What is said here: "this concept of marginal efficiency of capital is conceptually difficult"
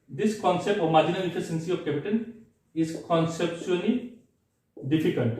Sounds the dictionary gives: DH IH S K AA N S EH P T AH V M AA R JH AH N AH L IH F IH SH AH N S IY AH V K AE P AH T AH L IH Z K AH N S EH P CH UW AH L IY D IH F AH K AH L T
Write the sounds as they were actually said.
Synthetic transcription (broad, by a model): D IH S K AA N S EH P T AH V M AA R JH AH N AH L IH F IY S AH N S IY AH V K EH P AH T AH N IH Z K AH N S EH P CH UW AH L IY D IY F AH K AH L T